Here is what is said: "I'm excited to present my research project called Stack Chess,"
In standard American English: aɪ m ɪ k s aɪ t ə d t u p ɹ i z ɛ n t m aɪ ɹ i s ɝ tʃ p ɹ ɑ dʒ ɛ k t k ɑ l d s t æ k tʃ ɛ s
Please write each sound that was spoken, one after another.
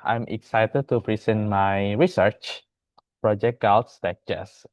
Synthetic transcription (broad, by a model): aɪ m ɪ k s aɪ t ə d t u p ɹ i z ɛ n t m aɪ ɹ i s ɝ tʃ p ɹ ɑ dʒ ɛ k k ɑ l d s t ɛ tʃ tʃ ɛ s